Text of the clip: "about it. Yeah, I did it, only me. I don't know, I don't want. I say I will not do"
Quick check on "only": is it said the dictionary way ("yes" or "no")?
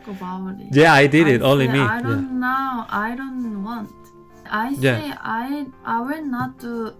no